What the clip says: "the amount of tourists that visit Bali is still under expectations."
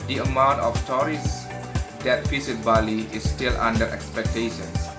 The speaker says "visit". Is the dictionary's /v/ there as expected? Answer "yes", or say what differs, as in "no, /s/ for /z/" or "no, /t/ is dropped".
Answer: no, /f/ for /v/